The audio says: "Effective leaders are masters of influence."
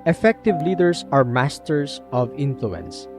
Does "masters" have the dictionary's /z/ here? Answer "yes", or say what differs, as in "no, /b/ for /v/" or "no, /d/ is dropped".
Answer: no, /s/ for /z/